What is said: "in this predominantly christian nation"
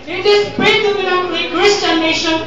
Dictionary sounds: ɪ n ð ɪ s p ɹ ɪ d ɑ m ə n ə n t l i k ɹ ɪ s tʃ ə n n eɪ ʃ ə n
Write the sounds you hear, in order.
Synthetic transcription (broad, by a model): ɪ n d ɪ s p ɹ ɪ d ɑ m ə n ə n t i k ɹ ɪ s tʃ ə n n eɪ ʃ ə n